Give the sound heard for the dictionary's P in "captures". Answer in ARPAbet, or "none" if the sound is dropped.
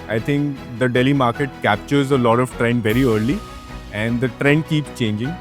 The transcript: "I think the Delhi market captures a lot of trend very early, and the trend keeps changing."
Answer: P